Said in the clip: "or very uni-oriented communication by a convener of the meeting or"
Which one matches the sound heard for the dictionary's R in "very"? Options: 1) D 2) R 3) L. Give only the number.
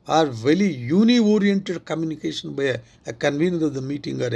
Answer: 3